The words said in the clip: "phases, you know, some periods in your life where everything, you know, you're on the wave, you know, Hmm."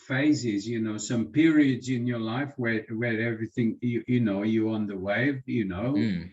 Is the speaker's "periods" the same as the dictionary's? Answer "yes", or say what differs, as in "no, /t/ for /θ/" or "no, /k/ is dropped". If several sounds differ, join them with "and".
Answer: yes